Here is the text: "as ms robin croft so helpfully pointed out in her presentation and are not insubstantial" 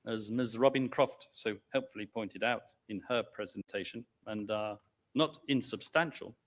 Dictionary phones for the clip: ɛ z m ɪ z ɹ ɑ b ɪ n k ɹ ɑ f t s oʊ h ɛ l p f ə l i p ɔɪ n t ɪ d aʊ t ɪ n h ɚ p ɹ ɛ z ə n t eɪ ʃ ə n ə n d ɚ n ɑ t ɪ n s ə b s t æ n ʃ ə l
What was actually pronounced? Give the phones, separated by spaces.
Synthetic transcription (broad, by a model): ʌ z m ɪ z ɹ ɑ b ɪ n k ɹ ɑ f t s oʊ h ɛ l p f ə l i p ɔɪ n t ɪ d aʊ t ɪ n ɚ p ɹ ɛ z ə n t eɪ ʃ ə n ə n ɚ n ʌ t ɪ n s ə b s t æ n ʃ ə l